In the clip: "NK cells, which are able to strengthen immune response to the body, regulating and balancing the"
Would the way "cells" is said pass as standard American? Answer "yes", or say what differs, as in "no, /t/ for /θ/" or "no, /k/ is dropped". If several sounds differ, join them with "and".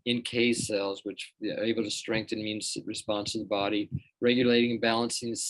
yes